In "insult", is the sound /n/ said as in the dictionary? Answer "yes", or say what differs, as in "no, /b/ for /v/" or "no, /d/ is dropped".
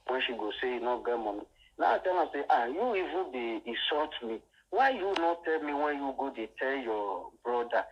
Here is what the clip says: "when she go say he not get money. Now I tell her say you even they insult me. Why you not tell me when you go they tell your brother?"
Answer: no, /n/ is dropped